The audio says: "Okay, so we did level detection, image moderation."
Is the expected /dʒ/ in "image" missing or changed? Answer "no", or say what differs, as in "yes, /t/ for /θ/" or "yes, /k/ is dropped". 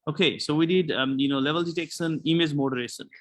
yes, /z/ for /dʒ/